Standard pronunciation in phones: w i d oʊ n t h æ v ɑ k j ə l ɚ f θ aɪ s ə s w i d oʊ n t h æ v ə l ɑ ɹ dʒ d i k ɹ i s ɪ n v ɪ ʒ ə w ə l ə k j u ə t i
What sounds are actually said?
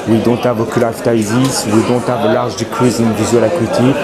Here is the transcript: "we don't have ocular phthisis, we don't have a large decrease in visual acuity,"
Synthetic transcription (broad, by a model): w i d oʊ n t h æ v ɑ k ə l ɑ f t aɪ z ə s w i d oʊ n t h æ v ə l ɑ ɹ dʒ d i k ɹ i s ɪ n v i z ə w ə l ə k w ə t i